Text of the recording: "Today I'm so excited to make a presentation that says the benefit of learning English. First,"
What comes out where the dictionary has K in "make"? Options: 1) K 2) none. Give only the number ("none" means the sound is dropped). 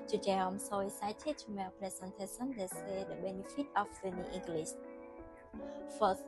2